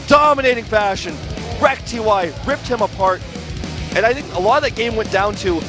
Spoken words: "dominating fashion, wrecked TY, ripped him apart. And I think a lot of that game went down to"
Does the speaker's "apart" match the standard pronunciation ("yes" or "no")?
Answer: yes